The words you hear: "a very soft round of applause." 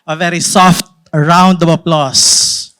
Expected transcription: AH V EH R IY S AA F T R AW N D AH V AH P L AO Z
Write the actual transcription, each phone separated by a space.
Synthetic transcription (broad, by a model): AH V EH R IY S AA F T R AW N D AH B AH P L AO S